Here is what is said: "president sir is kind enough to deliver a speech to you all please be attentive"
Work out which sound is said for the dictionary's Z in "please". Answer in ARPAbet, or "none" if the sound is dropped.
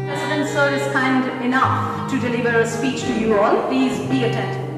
Z